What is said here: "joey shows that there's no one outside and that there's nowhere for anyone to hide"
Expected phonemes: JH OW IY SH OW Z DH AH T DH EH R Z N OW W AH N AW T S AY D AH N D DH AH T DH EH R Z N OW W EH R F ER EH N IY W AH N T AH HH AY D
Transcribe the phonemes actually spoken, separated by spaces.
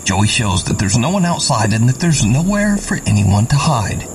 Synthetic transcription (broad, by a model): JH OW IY SH OW Z DH AH T DH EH R Z N OW W AH N AW T S AY D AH N DH AH T DH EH R Z N OW W EH R F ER EH N IY W AH N T AH HH AY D